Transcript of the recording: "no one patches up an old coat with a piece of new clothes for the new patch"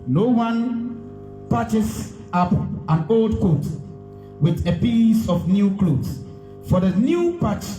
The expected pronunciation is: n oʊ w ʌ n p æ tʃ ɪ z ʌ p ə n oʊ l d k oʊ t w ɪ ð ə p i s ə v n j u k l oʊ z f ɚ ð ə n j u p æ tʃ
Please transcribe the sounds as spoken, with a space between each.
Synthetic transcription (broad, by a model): n oʊ w ʌ n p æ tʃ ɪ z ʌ p ə n oʊ l d k oʊ t w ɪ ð ə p i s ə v n j u k l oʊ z f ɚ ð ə n j u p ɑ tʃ